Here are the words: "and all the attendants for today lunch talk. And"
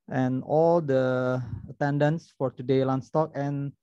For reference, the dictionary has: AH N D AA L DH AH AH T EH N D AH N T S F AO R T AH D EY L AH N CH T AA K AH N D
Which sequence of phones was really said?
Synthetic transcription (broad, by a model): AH N AA L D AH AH T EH N D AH N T S F AO R T AH D EY L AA N S T AA K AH N